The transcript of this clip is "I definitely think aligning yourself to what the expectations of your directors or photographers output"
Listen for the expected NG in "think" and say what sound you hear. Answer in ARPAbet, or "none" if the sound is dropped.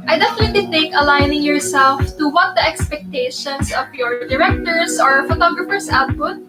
none